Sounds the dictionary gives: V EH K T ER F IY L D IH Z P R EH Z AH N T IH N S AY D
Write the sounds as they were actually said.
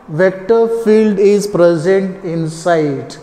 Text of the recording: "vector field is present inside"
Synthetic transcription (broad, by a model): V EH K T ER F IY L D IH Z P R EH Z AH N T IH N S AY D